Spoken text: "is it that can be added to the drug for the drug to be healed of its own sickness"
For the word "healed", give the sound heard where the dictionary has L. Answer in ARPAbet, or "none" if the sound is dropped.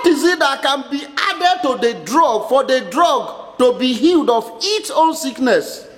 L